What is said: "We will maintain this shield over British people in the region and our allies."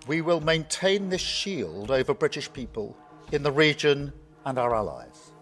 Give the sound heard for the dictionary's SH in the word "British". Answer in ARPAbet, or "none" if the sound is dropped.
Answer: SH